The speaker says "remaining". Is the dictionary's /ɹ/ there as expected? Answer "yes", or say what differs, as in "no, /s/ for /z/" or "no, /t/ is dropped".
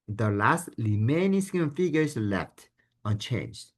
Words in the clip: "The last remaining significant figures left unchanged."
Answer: no, /l/ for /ɹ/